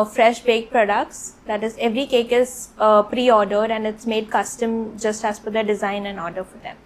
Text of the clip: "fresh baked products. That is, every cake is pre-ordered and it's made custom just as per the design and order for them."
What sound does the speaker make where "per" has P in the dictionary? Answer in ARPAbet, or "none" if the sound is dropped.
F